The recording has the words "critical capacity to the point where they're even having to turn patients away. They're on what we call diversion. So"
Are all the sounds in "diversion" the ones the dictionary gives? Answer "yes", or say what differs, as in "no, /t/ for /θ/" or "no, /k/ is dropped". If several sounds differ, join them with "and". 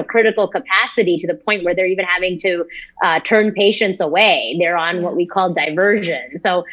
yes